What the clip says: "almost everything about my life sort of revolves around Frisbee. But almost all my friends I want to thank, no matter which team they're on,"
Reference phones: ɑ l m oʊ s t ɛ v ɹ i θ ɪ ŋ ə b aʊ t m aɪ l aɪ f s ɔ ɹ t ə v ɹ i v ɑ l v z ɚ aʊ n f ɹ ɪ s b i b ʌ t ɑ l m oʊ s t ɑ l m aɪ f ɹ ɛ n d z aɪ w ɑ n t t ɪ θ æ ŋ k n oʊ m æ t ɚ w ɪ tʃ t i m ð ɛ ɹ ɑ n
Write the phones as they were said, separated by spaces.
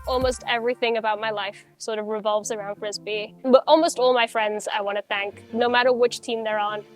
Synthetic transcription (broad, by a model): ɑ l m oʊ s t ɛ v ɹ i θ ɪ ŋ ə b aʊ t m aɪ l aɪ f s ɔ ɹ t ə v ɹ i v ɑ l v z ɚ aʊ n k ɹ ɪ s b i b ʌ t ɑ l m oʊ s t ɑ l m aɪ f ɹ ɛ n d z aɪ w ɑ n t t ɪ θ æ ŋ k n oʊ m æ t ɚ w ɪ tʃ t i m ð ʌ ɹ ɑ n